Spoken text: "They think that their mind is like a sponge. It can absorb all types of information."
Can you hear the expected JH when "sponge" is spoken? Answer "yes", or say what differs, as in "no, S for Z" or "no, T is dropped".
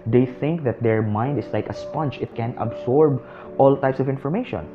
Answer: no, CH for JH